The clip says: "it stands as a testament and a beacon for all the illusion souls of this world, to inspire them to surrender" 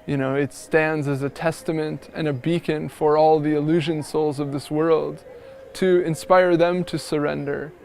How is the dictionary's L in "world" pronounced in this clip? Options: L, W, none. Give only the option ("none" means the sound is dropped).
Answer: L